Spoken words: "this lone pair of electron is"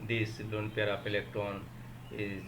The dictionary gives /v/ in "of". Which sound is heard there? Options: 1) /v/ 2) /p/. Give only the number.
2